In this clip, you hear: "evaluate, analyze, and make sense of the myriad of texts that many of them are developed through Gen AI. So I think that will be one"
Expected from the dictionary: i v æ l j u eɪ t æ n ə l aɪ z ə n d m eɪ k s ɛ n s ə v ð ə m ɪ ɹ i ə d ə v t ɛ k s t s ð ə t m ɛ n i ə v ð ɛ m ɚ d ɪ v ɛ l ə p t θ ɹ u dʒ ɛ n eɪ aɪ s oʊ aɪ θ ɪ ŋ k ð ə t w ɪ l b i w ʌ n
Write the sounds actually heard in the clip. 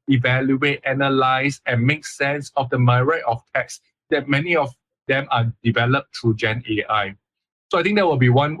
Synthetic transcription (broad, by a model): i v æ l j u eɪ t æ n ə l aɪ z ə n m eɪ k s ɛ n s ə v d ə m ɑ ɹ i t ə f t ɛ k s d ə t m ɛ n i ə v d ɛ m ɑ d ɪ v ɛ l ə p t ɹ u dʒ ɛ n eɪ aɪ s oʊ aɪ t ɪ ŋ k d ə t w ɪ l b i w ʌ n